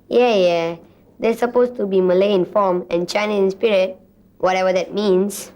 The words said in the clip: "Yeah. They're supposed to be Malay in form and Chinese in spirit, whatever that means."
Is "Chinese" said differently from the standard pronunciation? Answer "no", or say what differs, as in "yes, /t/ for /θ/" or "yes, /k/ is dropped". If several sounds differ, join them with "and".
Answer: yes, /z/ is dropped